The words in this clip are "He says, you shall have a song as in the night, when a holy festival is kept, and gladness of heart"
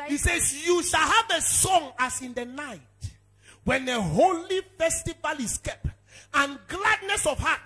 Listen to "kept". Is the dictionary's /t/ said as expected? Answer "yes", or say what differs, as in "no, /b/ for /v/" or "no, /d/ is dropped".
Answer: no, /t/ is dropped